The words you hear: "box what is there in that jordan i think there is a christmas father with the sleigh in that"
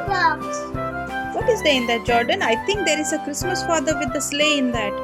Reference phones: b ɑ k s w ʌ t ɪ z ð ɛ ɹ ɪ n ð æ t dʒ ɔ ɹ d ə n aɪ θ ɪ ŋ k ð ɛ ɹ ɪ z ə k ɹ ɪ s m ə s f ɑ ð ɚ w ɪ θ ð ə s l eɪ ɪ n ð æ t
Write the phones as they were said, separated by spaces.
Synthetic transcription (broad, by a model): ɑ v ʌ t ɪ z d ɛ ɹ ɪ n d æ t dʒ ɔ ɹ d ə n aɪ t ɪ ŋ k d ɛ ɹ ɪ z ə k ɹ ɪ s m ə s f ɑ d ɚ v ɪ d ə s l eɪ ɪ n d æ t